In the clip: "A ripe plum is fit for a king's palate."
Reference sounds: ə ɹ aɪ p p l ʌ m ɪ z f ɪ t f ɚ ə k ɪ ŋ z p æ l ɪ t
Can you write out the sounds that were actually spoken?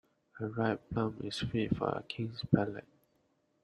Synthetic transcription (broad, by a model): ə ɹ aɪ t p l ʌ m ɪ s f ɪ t f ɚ ə k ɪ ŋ s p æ l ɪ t